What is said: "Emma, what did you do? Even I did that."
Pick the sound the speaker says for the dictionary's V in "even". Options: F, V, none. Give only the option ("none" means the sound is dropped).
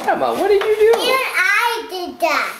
none